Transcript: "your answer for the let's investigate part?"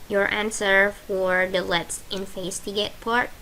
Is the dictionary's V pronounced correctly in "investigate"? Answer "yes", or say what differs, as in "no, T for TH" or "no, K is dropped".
no, F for V